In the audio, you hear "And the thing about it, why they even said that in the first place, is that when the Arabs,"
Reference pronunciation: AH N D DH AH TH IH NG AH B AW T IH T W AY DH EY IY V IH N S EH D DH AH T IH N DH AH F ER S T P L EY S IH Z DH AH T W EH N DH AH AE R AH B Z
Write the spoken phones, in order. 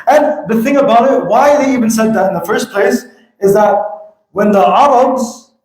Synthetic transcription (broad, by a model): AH N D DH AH TH IH NG AH B AW T IH T W AY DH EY IY V IH N S EH D DH AH T IH N DH AH F ER S T P L EY S IH Z DH AH T W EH N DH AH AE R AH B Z